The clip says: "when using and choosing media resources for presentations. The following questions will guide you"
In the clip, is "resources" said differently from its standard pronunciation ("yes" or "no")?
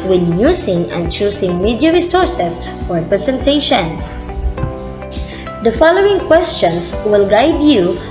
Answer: yes